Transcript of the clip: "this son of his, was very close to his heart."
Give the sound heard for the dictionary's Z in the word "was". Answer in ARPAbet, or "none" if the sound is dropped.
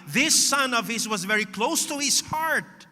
Z